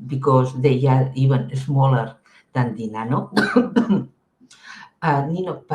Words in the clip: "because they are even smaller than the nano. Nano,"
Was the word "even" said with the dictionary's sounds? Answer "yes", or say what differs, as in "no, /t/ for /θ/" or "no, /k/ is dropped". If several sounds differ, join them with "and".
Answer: no, /b/ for /v/